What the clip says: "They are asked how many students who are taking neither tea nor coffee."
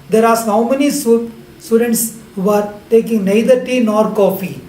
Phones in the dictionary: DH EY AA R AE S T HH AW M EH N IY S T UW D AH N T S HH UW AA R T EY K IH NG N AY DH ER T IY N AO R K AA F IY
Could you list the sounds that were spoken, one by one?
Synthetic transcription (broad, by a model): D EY R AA T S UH M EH N IY S T UW D AH N T S HH UW AA R T EY K IH NG N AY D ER T IY N AO R K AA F IY